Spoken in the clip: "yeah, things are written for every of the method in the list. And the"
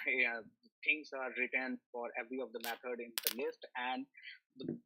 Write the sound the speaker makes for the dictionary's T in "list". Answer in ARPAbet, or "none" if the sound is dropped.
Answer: T